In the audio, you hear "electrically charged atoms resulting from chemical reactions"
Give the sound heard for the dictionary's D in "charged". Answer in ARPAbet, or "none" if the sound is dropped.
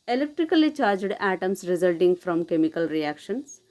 D